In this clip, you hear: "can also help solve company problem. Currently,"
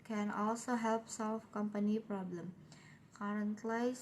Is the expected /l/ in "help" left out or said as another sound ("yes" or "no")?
no